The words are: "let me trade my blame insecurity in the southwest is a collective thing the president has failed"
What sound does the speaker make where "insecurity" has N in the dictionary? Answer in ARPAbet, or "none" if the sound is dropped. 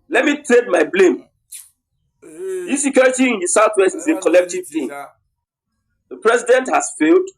none